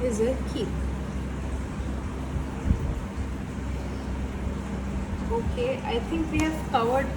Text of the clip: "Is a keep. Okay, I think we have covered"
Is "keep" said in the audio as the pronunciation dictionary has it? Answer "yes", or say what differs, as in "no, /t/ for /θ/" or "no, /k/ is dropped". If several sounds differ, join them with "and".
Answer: no, /p/ is dropped